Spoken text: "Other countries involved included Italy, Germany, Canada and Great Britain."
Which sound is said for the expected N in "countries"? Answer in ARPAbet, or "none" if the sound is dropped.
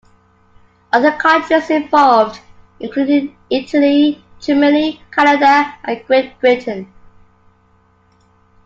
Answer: none